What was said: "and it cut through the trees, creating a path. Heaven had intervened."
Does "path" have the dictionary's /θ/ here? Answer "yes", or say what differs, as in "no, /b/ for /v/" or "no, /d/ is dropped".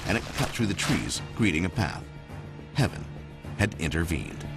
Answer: yes